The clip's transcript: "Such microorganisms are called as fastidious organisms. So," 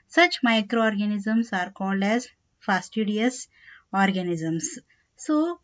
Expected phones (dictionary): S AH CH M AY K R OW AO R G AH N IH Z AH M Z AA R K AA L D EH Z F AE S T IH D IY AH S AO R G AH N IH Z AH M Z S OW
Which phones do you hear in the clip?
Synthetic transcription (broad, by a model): S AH CH M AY K R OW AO R G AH N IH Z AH M S AA R K AA L D EH Z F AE S T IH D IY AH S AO R G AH N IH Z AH M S S OW